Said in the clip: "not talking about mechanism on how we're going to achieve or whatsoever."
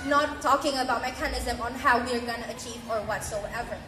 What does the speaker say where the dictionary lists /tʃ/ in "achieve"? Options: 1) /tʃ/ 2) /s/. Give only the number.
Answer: 1